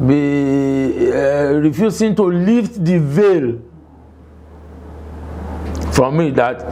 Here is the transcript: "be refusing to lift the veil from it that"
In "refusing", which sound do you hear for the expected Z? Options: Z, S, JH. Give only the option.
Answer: S